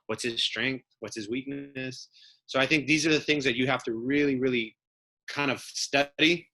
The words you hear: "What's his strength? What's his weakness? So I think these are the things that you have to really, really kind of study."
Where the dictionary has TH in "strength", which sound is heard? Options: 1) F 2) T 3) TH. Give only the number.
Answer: 3